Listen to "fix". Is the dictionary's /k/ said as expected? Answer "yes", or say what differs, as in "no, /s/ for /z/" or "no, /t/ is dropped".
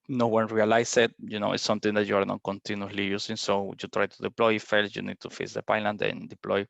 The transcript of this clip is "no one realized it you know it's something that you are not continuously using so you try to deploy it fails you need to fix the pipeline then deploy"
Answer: no, /k/ is dropped